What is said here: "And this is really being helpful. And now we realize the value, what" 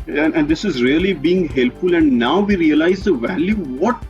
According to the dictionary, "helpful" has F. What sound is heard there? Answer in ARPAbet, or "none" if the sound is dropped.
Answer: F